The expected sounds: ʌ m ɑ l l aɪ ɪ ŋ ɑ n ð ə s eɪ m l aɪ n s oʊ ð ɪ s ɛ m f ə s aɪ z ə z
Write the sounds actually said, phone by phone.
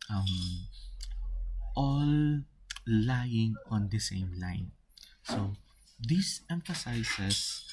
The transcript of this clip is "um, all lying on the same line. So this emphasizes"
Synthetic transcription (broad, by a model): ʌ m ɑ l l aɪ ɪ ŋ ɑ n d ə s eɪ m l aɪ n s oʊ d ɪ s ɛ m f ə s aɪ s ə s